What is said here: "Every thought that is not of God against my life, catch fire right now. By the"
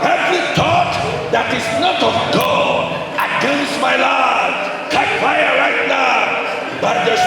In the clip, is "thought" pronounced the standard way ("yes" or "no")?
no